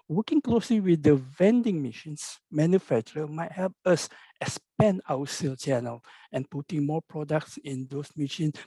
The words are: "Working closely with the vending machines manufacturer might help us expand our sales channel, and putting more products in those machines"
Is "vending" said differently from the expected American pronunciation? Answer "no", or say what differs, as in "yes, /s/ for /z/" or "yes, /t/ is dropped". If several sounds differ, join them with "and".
no